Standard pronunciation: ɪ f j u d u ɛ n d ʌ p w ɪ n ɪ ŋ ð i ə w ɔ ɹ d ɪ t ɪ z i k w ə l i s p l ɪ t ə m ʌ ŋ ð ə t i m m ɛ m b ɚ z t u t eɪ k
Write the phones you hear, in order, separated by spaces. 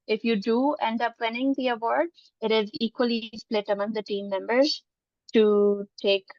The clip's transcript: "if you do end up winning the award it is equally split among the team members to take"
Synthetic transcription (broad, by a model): ɪ f j u d u ɛ n d ʌ p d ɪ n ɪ ŋ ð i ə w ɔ ɹ d ɪ t ɪ z i k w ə l i s p l ɪ t ə m ʌ ŋ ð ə t i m m ɛ m b ɚ z t u t eɪ k